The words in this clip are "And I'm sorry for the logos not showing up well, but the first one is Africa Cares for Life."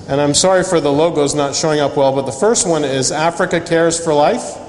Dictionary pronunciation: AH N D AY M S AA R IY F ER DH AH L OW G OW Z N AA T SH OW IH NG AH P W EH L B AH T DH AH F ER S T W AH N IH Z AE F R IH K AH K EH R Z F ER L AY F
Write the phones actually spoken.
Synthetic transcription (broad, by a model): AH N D AY M S AA R IY F ER DH AH L OW G OW Z N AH T SH OW IH NG AH P W EH L B AH T DH AH F ER S T W AH N IH Z AE F R IH K AH K EH R Z F ER L AY F